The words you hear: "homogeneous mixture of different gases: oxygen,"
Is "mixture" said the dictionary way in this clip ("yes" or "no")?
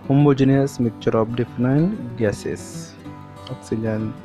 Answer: no